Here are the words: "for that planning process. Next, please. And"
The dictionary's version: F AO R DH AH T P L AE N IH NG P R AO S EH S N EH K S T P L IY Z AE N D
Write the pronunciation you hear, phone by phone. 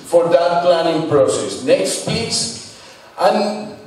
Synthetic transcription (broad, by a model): F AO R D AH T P L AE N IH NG P R AO S EH S N EH K S T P IY S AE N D